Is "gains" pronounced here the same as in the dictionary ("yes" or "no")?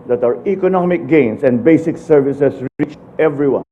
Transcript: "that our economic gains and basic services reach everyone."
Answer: no